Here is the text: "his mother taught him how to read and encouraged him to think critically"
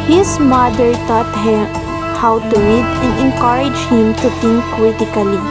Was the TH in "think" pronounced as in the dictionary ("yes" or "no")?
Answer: no